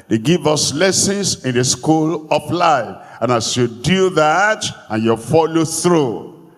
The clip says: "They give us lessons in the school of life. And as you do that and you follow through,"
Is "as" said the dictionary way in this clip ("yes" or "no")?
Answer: no